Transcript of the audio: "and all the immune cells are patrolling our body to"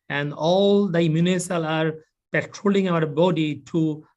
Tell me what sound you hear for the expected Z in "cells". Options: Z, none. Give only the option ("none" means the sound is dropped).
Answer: none